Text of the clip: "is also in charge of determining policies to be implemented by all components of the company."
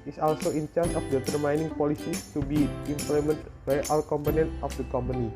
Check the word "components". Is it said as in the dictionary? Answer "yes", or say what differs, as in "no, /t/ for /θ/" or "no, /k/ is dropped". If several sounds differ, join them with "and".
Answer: no, /s/ is dropped